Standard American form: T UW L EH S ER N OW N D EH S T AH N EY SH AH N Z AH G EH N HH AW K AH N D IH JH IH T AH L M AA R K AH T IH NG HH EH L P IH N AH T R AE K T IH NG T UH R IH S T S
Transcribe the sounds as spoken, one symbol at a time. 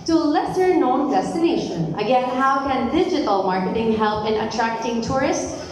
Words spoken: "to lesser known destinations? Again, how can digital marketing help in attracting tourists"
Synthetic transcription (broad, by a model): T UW L EH S ER N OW N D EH S T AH N EY SH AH N AH G EH N HH AW K AH N D IH JH IH T AH L M AA R K AH T IH NG HH EH L P IH N AH T R AE K T IH NG T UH R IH S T S